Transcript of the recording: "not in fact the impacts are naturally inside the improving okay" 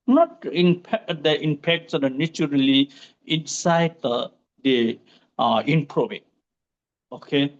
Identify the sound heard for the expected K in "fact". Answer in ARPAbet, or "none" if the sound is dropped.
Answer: none